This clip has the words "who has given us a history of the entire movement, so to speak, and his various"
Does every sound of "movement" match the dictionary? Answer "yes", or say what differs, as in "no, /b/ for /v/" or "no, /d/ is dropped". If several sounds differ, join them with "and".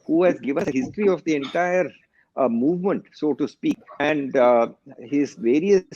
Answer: yes